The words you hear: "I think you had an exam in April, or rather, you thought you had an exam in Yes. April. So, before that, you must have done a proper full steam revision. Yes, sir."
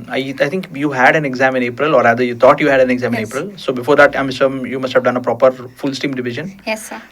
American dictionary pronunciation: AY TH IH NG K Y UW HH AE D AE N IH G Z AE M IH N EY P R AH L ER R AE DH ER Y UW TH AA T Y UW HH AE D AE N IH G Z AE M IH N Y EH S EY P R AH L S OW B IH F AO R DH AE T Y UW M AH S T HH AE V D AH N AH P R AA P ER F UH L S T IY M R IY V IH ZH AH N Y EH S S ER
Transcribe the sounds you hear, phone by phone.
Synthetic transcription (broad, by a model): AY T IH NG K Y UW HH AE D AE N IH G Z AE M IH N EY P R AH L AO R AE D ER Y UW T AA T Y UW HH AE D AE N IH G Z AE M IH N EY P R AH L S OW B IH F AO R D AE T Y UW M AH S T HH AE V D AH N AH P R AA P ER F UH L S T IY M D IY V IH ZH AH N Y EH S S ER